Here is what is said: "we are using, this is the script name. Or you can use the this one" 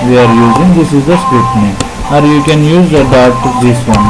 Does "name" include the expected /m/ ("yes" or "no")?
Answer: no